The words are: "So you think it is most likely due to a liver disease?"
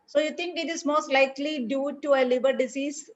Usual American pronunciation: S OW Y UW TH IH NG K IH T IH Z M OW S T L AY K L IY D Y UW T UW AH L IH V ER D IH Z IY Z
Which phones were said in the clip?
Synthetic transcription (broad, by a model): S OW Y UW T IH NG K IH T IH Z M OW S T L AY K L IY D Y UW T UW AH L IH B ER D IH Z IY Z